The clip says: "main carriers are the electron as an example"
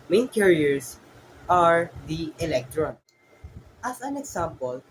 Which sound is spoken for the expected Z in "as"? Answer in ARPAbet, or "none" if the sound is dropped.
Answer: S